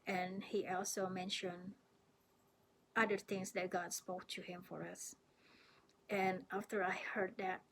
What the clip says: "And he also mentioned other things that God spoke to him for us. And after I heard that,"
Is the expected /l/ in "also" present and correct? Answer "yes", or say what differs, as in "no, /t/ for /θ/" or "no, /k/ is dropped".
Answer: yes